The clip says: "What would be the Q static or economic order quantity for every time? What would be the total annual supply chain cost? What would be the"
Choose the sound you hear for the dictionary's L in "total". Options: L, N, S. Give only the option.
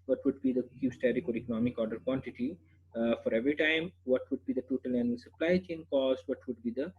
L